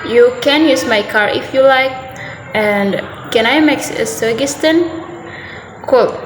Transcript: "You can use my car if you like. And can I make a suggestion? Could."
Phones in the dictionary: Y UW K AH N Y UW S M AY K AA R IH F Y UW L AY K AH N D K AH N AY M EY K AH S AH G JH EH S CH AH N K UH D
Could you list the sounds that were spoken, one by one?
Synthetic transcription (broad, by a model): Y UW K AH N Y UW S M AY K AA R IH F Y UW L AY K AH N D K AH N AY M EY K AH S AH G IH S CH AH N K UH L